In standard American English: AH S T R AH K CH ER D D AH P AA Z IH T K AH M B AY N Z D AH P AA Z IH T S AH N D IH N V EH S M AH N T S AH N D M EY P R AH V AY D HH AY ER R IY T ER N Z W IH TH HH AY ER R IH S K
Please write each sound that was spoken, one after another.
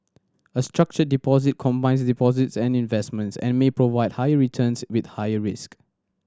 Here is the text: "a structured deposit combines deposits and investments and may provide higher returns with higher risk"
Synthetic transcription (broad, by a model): AH S T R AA K CH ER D D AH P AA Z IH T K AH M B AY N S D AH P AA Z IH T S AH N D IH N V EH S M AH N T S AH N M EY P R AH V AY D HH AY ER R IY T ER N S W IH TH HH AY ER R IH S K